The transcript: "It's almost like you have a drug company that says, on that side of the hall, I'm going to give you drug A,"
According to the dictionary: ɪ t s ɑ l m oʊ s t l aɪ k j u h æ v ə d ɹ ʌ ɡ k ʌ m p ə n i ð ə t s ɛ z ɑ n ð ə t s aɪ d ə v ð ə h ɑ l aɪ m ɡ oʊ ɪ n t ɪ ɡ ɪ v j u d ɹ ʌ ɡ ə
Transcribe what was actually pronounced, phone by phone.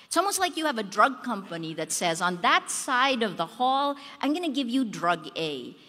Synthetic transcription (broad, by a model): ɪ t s ɑ l m oʊ s t l aɪ k j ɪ v ə d ɹ ʌ ɡ k ʌ m p ə n i ð ə t s ɛ z n ð ə t s aɪ d ə v ð ə h ɑ l aɪ m ɡ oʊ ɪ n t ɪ ɡ ɪ v j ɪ d ɹ ʌ ɡ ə